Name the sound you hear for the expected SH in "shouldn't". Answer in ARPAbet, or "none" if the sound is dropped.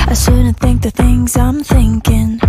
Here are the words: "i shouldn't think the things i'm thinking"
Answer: S